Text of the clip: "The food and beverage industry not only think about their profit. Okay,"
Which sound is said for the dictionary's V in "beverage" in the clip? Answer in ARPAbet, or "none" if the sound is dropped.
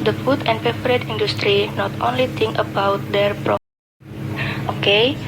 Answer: P